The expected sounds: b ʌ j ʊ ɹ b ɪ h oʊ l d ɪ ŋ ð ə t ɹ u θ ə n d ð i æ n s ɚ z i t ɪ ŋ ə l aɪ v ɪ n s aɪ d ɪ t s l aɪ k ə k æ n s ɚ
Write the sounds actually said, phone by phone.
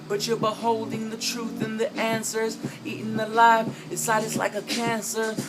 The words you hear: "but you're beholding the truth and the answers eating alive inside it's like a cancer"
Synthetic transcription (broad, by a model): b ʌ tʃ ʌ ɹ b ɪ h oʊ l d ɪ ŋ ð ə t ɹ u θ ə n ð i æ n s ɚ z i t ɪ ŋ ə l aɪ f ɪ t s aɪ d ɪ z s l aɪ k ə k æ n s ɚ